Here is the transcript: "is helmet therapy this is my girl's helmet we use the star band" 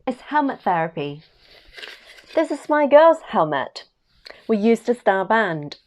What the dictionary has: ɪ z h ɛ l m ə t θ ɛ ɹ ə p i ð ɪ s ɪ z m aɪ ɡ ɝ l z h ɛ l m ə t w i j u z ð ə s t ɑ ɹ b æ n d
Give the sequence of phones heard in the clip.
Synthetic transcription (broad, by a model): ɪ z h ɛ l m ə t θ ɛ ɹ ə p i ð ɪ s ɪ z m aɪ ɡ ɝ l z h ɛ l m ə t w i j u z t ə s t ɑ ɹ b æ n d